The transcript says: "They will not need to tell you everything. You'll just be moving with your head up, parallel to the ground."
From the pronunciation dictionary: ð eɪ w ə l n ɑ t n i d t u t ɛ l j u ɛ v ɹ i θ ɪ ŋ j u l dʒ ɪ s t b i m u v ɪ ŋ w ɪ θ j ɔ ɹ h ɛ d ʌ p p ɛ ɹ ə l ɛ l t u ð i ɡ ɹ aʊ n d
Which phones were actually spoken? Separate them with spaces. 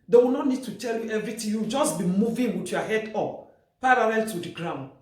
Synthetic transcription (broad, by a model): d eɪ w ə n ɑ t n i d t u t ɛ l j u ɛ v ɹ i t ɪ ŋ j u w dʒ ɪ s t b i m u v ɪ ŋ w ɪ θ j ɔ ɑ h ɛ d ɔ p p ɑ ɹ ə l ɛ l t u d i ɡ ɹ aʊ n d